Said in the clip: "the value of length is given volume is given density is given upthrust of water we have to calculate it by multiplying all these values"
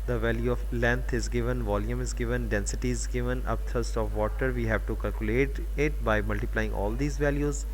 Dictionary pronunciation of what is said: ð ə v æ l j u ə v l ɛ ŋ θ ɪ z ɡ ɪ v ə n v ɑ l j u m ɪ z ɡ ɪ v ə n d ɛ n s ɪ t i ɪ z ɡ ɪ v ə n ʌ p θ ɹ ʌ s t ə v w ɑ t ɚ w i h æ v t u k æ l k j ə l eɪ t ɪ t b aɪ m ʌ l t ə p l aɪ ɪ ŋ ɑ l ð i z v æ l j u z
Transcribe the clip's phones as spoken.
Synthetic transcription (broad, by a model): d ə v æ l j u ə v l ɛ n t ɪ z ɡ ɪ v ə n v ɑ l j u m ɪ z ɡ ɪ v ə n d ɛ n s ɪ t i ɪ z ɡ ɪ v ə n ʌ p t ɹ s t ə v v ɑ t ɚ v i h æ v t u k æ l k j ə l eɪ t ɪ t b aɪ m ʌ l t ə p l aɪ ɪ ŋ ɑ l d i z v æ l j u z